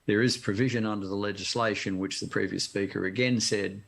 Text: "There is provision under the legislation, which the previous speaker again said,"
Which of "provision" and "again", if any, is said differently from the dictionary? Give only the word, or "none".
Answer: none